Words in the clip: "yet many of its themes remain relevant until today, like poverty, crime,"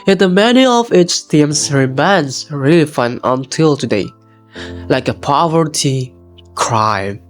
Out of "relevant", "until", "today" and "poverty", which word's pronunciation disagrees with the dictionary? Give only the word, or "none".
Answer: relevant